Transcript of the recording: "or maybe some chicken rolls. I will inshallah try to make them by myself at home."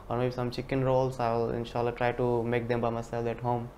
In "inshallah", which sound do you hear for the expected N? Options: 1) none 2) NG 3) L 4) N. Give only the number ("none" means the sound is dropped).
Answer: 4